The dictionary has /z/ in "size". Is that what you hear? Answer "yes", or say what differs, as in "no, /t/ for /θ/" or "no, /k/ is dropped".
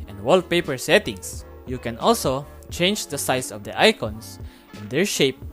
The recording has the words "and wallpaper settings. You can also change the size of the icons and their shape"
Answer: no, /s/ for /z/